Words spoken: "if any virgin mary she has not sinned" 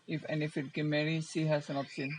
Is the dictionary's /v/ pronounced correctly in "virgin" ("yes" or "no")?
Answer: no